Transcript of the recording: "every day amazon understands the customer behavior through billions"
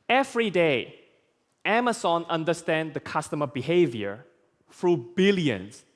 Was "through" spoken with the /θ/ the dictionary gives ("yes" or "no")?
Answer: no